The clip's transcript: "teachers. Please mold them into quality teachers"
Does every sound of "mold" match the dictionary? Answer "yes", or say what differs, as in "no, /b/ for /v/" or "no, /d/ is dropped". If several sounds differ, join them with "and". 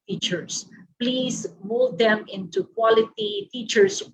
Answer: yes